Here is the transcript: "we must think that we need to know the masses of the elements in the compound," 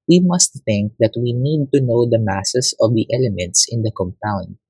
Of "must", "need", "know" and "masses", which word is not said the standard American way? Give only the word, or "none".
masses